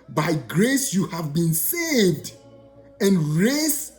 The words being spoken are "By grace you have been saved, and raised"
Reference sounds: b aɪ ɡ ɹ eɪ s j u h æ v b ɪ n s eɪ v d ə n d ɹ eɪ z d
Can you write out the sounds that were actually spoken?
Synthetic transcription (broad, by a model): b aɪ ɡ ɹ eɪ s j u h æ v b ɪ n s eɪ v d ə n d ɹ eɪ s